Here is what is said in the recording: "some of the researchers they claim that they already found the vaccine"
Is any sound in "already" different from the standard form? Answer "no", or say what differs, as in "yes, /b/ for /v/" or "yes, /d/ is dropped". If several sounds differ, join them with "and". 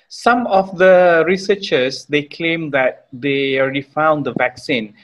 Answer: no